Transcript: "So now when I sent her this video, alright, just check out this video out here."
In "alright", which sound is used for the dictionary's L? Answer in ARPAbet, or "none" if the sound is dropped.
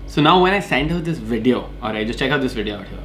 none